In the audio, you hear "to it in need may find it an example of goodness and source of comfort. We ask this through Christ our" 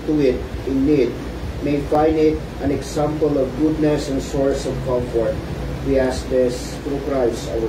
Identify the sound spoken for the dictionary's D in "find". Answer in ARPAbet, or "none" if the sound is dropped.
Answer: none